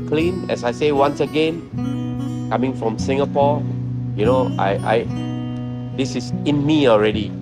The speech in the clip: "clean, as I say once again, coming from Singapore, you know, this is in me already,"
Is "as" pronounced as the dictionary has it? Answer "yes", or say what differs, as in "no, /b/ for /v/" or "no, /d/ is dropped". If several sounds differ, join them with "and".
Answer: no, /s/ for /z/